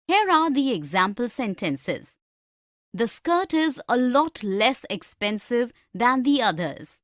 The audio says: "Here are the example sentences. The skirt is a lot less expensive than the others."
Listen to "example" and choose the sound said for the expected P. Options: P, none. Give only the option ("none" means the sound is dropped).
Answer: P